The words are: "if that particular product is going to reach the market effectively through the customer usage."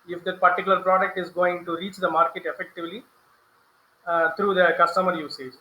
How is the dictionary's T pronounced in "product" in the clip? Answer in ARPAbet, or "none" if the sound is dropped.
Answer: T